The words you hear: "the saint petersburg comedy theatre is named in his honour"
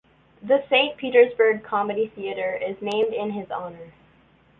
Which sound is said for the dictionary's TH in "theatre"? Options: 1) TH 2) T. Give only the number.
1